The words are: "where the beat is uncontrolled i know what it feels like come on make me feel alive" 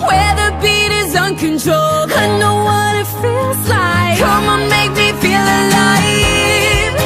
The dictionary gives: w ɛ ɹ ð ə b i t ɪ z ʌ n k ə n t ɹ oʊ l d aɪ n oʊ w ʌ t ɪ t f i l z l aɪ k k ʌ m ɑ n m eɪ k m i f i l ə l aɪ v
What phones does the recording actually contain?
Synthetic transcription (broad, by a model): w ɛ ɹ ð ə b i t ɪ z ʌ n k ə n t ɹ oʊ l aɪ n oʊ w ʌ t ɪ t f i l z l aɪ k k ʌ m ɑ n m eɪ k m i f i l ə l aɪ